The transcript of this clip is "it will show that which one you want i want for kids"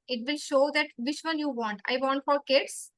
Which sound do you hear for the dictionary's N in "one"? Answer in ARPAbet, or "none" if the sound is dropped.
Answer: L